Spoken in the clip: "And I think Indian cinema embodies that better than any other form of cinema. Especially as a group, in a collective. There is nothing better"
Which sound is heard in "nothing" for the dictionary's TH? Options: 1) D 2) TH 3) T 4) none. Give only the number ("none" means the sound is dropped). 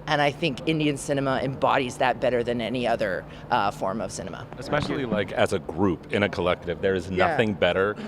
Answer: 2